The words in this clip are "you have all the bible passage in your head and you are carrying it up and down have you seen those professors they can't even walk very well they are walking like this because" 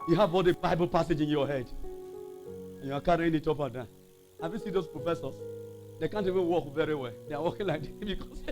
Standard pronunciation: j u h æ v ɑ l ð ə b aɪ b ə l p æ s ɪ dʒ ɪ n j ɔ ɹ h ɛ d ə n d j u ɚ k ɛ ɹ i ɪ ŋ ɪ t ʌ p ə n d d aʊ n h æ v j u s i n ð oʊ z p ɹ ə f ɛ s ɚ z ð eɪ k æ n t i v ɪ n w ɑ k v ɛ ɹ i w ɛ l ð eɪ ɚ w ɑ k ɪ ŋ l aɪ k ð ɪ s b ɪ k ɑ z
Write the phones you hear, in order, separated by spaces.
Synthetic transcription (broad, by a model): j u h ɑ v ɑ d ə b aɪ b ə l p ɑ s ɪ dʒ ɪ n j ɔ h ɛ d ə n j u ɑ k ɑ ɹ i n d ɪ t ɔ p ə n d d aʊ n h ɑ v j u s i n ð oʊ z p ɹ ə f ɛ s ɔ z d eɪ k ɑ n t i v ɪ n w ɑ k v ɛ ɹ i w ɛ l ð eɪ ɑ w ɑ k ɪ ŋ l aɪ k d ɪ b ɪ k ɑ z